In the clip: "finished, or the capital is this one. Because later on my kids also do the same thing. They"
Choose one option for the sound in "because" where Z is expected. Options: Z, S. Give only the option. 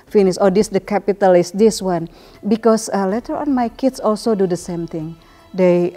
S